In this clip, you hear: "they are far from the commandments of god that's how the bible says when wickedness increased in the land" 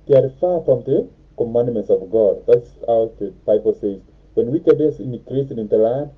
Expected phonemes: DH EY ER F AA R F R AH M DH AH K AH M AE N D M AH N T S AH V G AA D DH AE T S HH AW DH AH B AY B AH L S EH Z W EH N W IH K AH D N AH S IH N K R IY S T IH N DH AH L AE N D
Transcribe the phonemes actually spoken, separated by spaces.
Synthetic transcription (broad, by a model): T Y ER F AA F R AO M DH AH K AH M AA N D M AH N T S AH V G AA D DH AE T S HH AW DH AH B AY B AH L S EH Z W EH N W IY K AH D AH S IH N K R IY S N IH N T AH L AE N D